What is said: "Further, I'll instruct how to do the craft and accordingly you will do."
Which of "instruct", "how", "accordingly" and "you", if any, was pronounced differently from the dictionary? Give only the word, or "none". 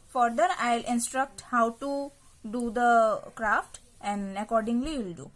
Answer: none